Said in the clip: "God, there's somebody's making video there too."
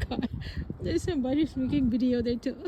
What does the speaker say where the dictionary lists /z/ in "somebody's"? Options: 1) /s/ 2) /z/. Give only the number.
1